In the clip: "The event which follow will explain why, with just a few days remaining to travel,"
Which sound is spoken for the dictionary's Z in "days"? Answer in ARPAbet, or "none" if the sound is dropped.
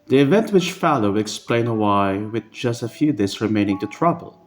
S